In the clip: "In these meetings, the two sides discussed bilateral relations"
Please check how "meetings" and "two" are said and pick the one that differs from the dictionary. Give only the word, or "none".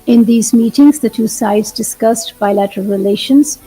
none